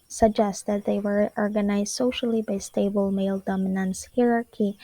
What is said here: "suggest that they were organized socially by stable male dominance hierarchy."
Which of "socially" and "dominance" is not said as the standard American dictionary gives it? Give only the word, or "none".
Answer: none